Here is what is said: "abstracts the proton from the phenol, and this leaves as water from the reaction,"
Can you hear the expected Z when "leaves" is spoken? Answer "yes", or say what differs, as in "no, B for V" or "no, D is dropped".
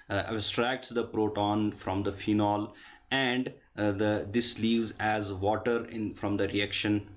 yes